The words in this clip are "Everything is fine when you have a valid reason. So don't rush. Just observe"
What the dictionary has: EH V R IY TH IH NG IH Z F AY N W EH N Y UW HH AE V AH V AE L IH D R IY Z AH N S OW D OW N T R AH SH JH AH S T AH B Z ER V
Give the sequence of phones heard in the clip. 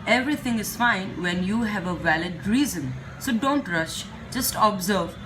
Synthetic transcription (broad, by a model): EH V R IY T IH NG IH Z F AY N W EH N Y UW HH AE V AH V AE L IH D R IY Z AH N S OW D OW N T R AH SH JH AH S T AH B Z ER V